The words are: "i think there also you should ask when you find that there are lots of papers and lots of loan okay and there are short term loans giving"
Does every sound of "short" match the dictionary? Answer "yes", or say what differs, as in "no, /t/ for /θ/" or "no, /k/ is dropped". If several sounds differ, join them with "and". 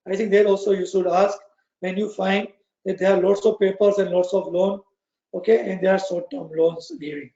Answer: no, /s/ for /ʃ/